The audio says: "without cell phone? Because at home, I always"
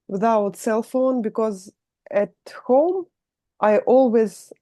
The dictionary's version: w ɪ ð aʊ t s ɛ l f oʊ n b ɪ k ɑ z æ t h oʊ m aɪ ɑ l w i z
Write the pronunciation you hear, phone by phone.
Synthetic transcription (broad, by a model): w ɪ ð aʊ t s ɛ l f oʊ n b ɪ k ɑ z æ t h oʊ m aɪ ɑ l w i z